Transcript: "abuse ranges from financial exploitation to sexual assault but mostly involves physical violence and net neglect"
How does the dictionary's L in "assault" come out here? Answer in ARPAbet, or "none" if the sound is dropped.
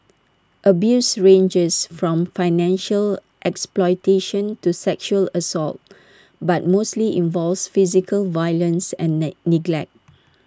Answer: L